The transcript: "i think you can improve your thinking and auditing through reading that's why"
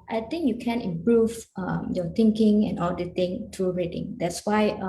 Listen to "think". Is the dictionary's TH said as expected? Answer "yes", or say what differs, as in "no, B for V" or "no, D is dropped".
no, T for TH